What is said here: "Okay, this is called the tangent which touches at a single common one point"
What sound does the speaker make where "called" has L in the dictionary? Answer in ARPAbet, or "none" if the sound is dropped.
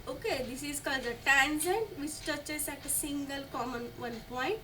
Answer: L